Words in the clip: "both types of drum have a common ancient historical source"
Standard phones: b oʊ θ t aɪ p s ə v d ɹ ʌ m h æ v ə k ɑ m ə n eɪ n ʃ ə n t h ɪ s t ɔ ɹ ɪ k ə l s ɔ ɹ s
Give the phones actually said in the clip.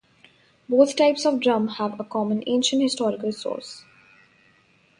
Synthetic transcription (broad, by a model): b oʊ t t aɪ p s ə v d ɹ ʌ m h æ v ə k ɑ m ə n eɪ n ʃ ə n t h ɪ s t ɔ ɹ ɪ k ə l s ɔ ɹ s